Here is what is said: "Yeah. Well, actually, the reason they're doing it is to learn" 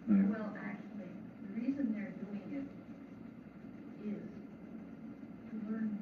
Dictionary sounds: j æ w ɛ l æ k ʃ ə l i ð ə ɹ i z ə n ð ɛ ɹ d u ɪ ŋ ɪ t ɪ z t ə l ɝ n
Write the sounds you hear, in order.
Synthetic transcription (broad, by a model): w ɛ l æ k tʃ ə l i ð ə ɹ i z ə n ð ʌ ɹ d u ɪ ŋ ɪ t ɪ z t ə l ɝ n